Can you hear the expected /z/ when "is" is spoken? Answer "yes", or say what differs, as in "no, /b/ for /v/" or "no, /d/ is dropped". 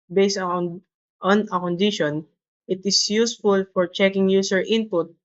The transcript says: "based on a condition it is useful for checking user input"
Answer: no, /s/ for /z/